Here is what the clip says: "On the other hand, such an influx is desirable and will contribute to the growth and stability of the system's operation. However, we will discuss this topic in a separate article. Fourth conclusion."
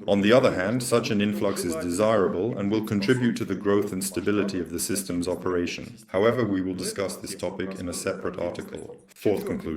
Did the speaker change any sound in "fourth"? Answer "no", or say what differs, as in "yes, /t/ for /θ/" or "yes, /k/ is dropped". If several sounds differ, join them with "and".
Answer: no